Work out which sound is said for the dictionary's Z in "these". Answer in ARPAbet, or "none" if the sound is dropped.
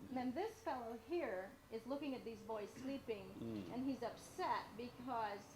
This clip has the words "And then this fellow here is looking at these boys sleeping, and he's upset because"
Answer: Z